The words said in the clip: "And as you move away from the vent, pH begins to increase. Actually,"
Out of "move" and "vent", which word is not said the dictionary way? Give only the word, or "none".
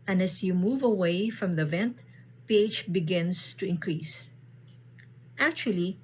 none